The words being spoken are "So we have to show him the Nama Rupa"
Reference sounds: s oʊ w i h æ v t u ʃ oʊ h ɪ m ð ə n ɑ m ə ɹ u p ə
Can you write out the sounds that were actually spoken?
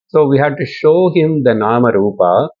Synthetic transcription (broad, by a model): s oʊ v i h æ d t u ʃ oʊ h ɪ m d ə n ɑ m ə ɹ u p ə